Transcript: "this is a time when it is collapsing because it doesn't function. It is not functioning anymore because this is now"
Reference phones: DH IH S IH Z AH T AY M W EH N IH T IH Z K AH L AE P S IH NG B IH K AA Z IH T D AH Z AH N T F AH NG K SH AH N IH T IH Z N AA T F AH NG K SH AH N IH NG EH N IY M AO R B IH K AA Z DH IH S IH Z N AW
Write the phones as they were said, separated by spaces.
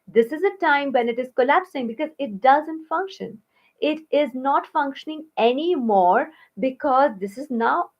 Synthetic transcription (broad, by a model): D IH S IH Z AH T AY M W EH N IH T IH Z K AH L AE P S IH NG B IH K AA Z IH T D AH Z AH N T F AH NG K SH AH N IH T IH Z N AA T F AH NG K SH AH N IH NG EH N IY M AO R B IH K AA Z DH IH S IH Z N AW